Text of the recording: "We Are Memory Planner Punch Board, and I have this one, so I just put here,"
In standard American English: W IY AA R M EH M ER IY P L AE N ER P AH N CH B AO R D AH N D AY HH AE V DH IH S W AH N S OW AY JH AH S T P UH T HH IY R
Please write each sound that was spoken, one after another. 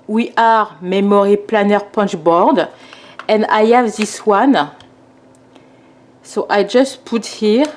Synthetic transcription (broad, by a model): W IY AA R M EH M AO IY P L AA N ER P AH N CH B AO R D AH N D AY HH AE V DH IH S W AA N S OW AY JH AH S T P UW T HH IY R